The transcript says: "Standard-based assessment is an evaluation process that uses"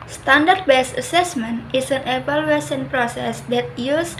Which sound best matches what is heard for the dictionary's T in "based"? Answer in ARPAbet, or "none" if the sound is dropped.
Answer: none